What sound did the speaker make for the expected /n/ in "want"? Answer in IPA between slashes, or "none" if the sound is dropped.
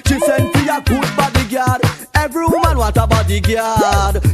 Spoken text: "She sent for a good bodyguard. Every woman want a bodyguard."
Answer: none